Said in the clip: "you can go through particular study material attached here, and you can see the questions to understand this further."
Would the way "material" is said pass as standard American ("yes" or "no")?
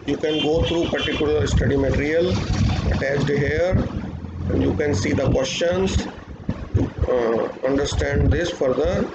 yes